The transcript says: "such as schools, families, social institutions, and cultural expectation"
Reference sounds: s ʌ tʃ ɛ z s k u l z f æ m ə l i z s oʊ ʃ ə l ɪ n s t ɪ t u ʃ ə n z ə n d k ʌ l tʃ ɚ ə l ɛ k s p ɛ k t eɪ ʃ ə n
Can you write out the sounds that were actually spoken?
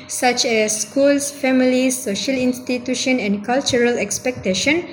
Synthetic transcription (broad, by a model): s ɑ tʃ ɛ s k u l s f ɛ m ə l i s oʊ ʃ ə l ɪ n s t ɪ t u ʃ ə n ə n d k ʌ l tʃ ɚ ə l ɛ k s p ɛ k t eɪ ʃ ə n